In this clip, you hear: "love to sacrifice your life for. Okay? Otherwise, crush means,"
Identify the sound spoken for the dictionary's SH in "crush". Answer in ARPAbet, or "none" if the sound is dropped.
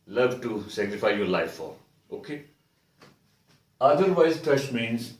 S